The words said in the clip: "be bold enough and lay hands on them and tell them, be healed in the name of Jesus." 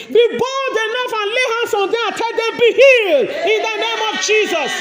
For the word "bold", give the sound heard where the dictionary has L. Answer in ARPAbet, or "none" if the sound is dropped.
none